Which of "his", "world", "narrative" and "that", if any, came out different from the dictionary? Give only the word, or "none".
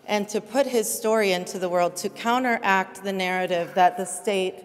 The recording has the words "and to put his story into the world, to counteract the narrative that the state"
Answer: none